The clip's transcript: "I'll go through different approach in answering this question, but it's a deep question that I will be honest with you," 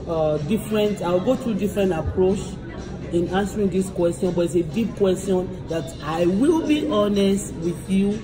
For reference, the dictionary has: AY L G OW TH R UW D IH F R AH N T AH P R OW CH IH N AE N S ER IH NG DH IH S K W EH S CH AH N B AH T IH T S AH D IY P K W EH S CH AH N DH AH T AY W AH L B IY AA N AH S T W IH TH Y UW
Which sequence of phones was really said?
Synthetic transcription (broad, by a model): AY L G OW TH R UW D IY F R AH N T AH P R OW CH IH N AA N S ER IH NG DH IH S K W EH S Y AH N B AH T IH T S AH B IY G K W EH S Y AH N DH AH T AY W AH L B IY AA N AH S T W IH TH Y UW